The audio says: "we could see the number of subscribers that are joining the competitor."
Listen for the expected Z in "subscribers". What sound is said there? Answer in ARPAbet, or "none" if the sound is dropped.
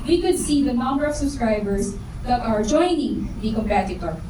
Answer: S